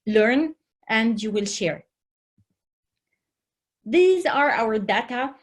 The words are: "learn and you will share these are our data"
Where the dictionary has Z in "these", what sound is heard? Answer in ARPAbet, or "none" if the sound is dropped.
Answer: Z